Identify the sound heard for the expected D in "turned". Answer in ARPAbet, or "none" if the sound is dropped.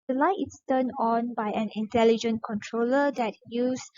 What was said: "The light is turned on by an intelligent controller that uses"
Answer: none